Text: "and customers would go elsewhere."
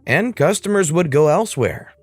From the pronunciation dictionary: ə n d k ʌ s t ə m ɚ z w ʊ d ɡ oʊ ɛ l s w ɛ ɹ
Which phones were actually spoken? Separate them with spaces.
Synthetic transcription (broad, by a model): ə n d k ʌ s t ə m ɚ z w ʊ d ɡ oʊ ɛ l s w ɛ ɹ